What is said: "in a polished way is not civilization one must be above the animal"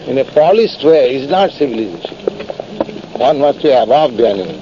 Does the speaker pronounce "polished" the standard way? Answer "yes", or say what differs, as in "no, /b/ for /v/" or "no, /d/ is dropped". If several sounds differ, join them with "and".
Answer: no, /s/ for /ʃ/